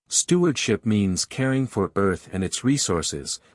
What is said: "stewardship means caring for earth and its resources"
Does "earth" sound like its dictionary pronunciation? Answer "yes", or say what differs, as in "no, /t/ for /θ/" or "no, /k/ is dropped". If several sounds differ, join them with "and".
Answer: yes